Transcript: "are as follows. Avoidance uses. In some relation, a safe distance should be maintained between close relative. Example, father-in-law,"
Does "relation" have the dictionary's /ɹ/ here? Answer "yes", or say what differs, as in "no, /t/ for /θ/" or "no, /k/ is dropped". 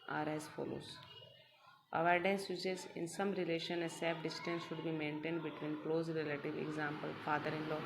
yes